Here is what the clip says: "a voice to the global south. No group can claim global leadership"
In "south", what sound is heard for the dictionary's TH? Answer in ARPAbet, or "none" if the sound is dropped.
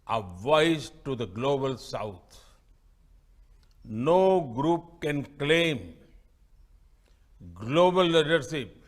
T